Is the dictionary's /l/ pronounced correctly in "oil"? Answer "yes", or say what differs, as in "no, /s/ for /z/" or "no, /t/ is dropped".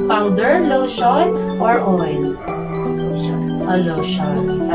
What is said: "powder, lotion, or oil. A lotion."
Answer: no, /n/ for /l/